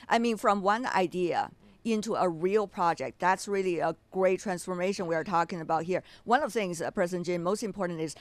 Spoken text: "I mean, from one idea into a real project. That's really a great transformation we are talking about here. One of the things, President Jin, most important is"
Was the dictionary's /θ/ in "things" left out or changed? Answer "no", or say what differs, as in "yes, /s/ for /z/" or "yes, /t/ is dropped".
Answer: no